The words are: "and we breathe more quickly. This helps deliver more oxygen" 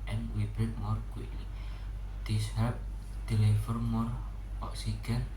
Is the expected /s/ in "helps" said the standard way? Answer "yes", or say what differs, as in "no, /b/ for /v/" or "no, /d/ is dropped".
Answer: no, /s/ is dropped